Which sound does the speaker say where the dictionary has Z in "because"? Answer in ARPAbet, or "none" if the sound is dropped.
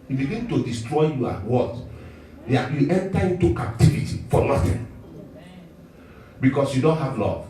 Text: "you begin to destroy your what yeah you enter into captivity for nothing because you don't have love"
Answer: S